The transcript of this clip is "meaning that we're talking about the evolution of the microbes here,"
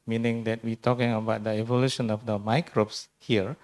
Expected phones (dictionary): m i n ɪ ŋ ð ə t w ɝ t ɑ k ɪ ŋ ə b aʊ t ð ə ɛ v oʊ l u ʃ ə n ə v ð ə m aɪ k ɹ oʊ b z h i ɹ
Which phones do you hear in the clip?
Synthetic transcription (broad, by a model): m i n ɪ ŋ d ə t w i t ɑ k ɪ ŋ ə b aʊ t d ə ɛ v oʊ l u ʃ ə n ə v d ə m aɪ k ɹ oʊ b s h i ɹ